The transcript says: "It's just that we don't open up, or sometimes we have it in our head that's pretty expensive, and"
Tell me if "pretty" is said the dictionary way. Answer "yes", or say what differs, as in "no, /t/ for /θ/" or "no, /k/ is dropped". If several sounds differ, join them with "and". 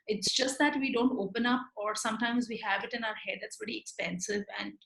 no, /ɹ/ is dropped